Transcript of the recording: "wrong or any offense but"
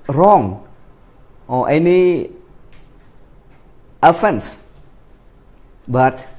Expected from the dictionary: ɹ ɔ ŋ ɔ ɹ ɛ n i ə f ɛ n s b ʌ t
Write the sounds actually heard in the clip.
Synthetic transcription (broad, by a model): ɹ ɔ ŋ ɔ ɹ ɛ n i ə f ɛ n s b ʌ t